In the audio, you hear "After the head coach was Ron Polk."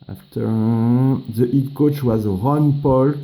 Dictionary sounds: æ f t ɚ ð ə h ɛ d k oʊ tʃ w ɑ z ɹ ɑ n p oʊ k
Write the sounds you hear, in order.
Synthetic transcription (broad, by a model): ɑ f t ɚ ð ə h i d k oʊ tʃ w ɑ z ɹ ɑ n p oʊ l